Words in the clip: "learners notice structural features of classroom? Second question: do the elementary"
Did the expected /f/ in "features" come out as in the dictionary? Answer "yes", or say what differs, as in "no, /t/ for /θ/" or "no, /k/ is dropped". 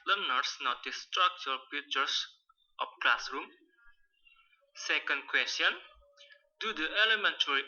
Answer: no, /p/ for /f/